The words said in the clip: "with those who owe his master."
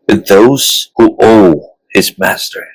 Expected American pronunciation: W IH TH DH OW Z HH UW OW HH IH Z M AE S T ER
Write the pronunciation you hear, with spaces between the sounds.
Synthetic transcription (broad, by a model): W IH DH OW Z HH UW OW HH IH Z M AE S T ER